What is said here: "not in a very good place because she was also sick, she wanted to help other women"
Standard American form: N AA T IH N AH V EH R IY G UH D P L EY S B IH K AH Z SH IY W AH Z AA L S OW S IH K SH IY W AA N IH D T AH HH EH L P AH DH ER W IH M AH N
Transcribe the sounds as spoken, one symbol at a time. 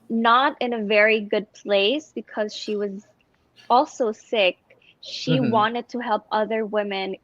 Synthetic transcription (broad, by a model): N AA T IH N AH V EH R IY G UH D P L EY S B IH K AH Z SH IY W AH Z AA L S OW S IH K SH IY W AA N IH D T AH HH EH L P AH DH ER W IH M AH N